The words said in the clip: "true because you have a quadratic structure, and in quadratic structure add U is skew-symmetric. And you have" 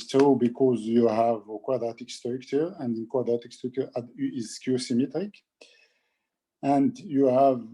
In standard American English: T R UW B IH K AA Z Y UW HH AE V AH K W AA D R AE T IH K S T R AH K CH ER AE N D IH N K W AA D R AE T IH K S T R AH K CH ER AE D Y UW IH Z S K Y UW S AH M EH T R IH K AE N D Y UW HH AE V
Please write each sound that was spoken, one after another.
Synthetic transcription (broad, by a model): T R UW B IH K AA Z Y UW HH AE V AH K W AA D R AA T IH K S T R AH K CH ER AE N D IH N K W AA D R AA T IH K S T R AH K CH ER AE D IH Z K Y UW S AH M EH T R IH K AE N D Y UW HH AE V